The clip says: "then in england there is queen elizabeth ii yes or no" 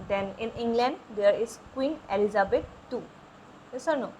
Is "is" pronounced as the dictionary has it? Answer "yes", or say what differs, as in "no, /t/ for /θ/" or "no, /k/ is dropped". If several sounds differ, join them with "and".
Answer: no, /s/ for /z/